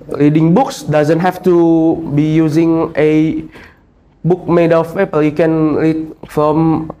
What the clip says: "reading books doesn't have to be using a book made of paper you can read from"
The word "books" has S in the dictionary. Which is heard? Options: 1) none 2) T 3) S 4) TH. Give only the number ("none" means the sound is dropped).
3